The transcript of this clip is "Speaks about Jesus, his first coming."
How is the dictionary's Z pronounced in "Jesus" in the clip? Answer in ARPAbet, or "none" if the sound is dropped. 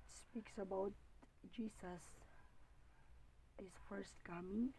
S